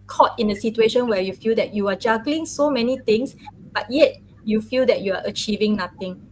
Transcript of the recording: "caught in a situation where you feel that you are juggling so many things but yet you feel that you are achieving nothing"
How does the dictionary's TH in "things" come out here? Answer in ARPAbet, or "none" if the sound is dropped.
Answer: T